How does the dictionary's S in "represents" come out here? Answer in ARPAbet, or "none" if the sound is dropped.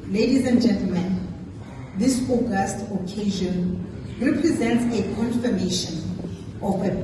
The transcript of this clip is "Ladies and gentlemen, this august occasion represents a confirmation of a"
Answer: S